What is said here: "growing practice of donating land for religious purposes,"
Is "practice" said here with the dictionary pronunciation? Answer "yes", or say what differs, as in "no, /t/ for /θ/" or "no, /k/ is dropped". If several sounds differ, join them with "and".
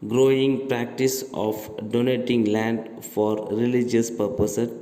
yes